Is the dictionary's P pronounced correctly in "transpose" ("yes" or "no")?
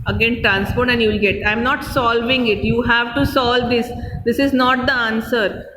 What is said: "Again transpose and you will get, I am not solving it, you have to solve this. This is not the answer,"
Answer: no